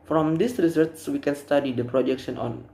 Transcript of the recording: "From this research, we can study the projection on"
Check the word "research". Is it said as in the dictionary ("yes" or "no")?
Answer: no